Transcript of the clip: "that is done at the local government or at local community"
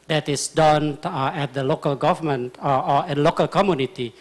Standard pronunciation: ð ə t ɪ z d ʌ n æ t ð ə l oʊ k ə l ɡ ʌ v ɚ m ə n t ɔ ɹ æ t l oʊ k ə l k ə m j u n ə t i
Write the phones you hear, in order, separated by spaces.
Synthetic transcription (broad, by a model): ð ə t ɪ s d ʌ n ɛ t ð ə l oʊ k ə l ɡ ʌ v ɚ m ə n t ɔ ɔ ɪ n l oʊ k ə l k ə m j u n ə t i